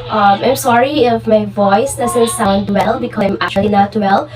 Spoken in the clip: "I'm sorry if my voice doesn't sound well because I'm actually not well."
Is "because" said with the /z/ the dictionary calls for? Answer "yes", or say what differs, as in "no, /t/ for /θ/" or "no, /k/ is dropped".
no, /z/ is dropped